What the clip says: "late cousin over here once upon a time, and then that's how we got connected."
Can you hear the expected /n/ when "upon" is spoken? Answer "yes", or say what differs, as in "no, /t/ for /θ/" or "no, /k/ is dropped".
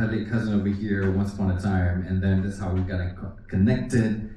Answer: no, /n/ is dropped